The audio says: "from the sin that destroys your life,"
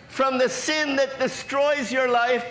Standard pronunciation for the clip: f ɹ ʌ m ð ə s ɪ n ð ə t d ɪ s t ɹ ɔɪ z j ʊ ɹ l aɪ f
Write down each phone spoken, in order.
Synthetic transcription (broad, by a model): f ɹ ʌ m ð ə s ɪ n ð ə t d ɪ s t ɹ ɔɪ z j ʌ ɹ l aɪ f